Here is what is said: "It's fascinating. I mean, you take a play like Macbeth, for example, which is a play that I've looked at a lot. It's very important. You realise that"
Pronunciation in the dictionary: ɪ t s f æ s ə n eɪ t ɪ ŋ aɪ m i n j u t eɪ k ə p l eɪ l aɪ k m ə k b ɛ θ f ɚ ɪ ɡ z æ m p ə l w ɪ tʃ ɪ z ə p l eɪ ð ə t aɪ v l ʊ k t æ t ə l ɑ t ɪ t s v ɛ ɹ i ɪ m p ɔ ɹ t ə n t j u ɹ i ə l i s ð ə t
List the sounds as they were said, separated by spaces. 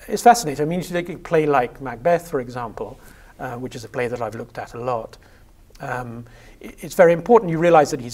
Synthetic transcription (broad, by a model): ɪ t s f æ s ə n eɪ t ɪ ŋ aɪ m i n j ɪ t eɪ k ə p l eɪ l aɪ k m ə k b ɛ θ f ɚ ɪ ɡ z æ m p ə l w ɪ tʃ ɪ z ə p l eɪ ð ə t aɪ v l ʊ k t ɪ t ə l ɑ t ɪ t s v ɛ ɹ i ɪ m p ɔ ɹ t n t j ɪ ɹ i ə l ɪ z ð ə t